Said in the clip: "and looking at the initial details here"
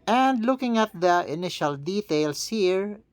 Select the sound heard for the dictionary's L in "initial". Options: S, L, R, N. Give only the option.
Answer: L